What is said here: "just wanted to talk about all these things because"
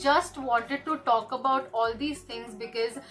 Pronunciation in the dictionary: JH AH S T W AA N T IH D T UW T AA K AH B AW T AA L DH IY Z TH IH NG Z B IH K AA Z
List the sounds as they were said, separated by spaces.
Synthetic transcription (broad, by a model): JH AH S T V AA N T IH D T UW T AA K AH B AW T AA L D IY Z T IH NG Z B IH K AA Z